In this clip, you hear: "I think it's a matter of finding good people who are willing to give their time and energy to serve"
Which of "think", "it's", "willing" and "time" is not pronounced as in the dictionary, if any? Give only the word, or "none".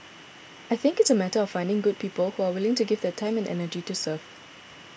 none